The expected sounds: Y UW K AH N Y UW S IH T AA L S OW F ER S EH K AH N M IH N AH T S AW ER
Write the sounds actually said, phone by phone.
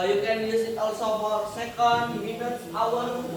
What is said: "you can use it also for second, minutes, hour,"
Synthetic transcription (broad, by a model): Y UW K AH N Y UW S IH T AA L S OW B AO S EH K AH N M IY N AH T AW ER